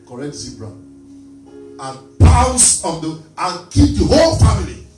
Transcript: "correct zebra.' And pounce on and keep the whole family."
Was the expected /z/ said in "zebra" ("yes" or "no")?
no